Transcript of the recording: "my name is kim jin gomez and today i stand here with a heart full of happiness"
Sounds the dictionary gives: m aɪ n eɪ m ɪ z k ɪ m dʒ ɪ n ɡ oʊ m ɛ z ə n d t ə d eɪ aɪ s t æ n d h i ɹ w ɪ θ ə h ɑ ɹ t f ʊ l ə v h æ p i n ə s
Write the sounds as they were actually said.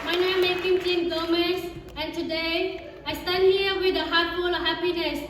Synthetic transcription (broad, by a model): m aɪ n eɪ m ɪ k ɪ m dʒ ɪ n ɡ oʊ m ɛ s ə n t ə d eɪ aɪ s t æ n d h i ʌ w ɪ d ə h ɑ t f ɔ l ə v h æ p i n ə s